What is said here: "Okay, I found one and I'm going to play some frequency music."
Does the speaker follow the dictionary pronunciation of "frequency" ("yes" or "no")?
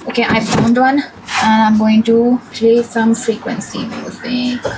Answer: yes